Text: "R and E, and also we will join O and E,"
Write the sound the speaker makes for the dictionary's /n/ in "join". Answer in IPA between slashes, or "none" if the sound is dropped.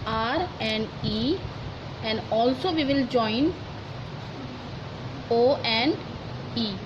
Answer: /n/